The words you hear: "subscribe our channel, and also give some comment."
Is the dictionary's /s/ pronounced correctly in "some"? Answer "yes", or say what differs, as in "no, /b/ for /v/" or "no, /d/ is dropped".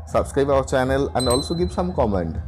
yes